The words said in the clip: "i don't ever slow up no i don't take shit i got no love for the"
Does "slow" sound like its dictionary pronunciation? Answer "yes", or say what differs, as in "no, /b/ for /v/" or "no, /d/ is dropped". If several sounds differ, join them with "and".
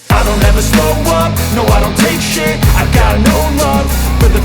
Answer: no, /l/ is dropped